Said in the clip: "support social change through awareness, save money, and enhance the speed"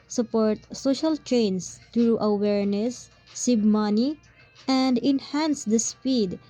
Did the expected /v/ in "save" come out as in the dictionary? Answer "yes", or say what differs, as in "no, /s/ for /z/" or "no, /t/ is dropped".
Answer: no, /b/ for /v/